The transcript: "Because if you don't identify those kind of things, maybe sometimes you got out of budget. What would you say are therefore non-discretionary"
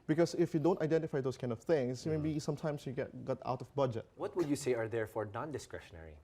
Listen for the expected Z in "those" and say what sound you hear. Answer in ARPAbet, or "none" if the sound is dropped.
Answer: S